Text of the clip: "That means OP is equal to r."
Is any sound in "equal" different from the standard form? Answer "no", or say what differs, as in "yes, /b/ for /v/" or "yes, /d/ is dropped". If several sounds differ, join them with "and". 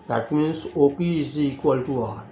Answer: no